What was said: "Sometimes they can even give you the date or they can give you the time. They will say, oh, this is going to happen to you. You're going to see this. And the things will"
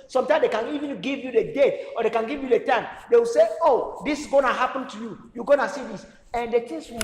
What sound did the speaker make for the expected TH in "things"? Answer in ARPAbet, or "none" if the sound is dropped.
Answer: T